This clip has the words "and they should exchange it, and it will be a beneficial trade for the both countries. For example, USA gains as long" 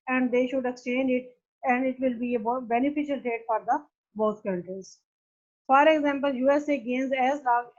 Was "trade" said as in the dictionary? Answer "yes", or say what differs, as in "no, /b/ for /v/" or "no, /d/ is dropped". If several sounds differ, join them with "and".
no, /ɹ/ is dropped